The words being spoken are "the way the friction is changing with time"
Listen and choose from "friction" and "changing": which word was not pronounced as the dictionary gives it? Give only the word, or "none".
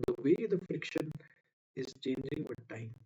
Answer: none